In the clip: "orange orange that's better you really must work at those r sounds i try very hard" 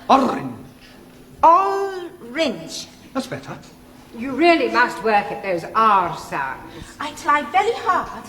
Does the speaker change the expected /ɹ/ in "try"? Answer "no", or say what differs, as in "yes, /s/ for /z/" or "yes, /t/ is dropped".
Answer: yes, /l/ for /ɹ/